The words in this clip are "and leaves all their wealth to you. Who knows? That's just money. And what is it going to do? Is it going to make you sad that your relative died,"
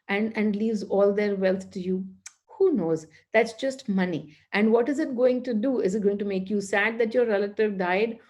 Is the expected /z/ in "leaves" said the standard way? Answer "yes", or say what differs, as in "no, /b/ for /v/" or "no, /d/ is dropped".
yes